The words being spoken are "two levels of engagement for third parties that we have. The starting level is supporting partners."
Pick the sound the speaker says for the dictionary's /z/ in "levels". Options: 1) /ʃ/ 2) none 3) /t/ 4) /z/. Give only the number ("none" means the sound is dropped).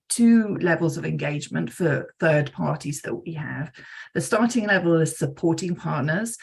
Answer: 4